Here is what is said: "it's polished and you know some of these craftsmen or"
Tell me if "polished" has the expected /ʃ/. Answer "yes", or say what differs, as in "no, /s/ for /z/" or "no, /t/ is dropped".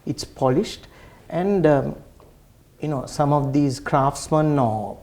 yes